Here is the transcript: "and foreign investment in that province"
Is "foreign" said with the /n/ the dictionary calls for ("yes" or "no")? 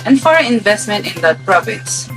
no